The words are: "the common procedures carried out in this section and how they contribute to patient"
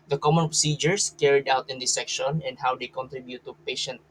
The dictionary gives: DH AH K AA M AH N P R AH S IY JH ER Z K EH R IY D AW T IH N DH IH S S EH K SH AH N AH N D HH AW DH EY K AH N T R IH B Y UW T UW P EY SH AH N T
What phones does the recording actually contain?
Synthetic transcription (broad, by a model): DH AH K AA M AH N P R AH S IY JH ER S K EH R IY D AW T IH N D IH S S EH K SH AH N AH N D HH AW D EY K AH N T R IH B Y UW T UW P EY SH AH N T